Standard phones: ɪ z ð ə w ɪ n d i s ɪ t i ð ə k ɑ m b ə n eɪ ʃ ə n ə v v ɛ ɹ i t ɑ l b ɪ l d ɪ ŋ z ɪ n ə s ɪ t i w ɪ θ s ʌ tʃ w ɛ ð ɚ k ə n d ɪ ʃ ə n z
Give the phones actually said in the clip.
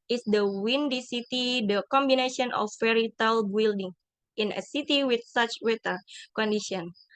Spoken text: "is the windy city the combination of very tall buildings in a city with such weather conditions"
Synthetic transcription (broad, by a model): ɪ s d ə w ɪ n d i s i t i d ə k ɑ m b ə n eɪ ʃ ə n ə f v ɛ ɹ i t ɑ l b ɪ l d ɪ ŋ ɪ n ə s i t i w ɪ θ s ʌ tʃ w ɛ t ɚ k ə n d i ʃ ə n